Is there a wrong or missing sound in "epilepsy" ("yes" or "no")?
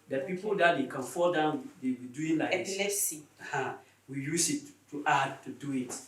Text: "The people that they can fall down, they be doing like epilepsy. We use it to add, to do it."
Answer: yes